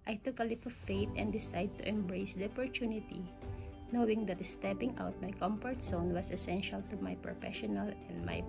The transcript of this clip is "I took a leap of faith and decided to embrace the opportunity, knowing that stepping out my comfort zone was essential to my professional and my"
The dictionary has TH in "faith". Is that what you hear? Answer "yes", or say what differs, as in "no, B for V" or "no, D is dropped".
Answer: no, T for TH